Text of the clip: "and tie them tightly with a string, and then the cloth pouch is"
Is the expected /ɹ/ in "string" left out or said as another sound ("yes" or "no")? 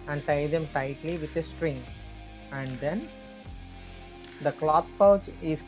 no